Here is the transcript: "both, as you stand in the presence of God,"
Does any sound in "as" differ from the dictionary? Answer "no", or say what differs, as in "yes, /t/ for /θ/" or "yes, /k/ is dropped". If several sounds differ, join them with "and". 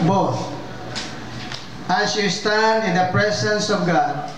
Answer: yes, /s/ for /z/